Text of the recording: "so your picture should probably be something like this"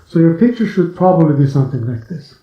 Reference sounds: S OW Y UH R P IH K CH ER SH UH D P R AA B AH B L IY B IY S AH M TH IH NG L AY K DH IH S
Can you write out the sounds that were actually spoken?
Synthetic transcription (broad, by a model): S OW Y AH R P IH K CH ER SH UH D P R AA B AH B L IY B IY S AH M TH IH NG L AY K DH IH S